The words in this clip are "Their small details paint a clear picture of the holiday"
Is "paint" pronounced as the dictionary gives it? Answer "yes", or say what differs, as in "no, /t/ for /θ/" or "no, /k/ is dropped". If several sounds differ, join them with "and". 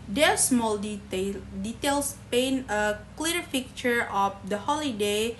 no, /t/ is dropped